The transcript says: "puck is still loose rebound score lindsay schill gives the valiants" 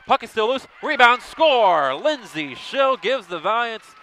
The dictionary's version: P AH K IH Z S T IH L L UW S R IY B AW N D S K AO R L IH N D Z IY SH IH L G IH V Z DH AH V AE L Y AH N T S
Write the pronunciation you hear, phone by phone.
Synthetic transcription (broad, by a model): P AH K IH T S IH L L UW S R IY B AW N D S K AO R L IH N Z IY SH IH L G IH V Z DH AH V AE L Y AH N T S